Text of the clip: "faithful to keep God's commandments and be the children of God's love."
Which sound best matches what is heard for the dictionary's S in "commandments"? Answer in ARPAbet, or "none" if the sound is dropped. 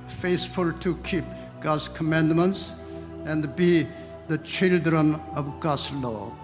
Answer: S